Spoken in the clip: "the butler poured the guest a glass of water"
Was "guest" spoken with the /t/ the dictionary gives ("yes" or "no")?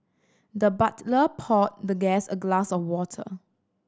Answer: no